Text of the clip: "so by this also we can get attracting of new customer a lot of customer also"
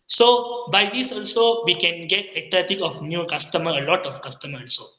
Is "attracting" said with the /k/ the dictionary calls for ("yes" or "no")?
no